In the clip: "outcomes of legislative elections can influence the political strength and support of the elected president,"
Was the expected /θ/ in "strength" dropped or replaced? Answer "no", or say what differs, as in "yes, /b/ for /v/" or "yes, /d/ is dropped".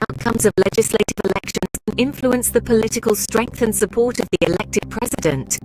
no